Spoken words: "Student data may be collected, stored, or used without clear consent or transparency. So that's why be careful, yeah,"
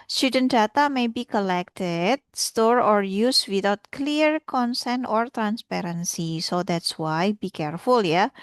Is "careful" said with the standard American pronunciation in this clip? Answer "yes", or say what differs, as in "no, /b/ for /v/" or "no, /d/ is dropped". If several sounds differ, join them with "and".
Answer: yes